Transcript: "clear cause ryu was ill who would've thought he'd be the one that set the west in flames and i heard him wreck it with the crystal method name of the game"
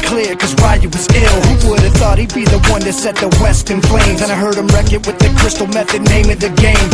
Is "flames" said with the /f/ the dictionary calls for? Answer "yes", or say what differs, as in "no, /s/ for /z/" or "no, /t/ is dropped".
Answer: no, /p/ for /f/